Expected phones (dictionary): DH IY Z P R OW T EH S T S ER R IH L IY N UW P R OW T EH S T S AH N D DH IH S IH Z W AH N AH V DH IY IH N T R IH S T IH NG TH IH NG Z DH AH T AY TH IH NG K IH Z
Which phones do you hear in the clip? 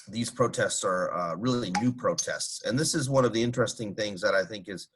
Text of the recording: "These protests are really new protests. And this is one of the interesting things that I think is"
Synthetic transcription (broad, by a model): DH IY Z P R OW T EH S T S ER R IH L IY N UW P R OW T EH S T S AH N DH IH S IH Z W AH N AH V DH IY IH N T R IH S T IH NG TH IH NG Z DH AH T AY TH IH NG K IH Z